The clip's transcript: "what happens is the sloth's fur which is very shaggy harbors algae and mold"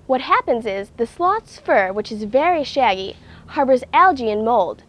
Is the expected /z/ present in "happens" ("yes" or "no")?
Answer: yes